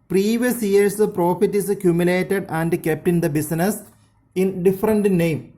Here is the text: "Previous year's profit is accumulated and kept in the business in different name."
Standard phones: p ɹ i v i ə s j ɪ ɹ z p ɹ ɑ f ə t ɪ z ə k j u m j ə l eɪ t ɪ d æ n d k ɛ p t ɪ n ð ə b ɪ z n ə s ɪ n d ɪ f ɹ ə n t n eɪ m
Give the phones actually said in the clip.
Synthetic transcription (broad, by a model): p ɹ i v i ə s j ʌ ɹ s p ɹ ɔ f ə t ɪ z ə k j u m j ə l eɪ t ɪ d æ n d k ɛ p t ɪ n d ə b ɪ s n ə s ɪ n d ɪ f ɹ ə n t n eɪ m